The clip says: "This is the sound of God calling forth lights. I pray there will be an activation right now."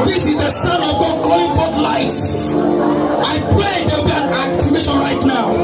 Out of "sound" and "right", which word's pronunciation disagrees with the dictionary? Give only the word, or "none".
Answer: sound